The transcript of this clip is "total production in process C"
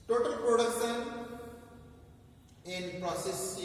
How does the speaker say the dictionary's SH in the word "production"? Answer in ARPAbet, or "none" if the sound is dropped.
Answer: S